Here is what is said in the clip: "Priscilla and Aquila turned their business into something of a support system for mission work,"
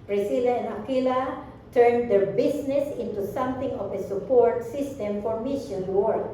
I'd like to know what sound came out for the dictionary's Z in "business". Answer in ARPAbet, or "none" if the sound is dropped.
S